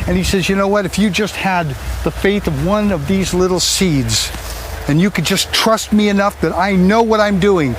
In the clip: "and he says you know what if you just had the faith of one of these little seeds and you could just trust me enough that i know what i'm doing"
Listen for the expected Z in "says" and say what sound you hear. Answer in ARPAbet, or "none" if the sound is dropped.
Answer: Z